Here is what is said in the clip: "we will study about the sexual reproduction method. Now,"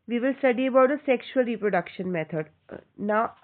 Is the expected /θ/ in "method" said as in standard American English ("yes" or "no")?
no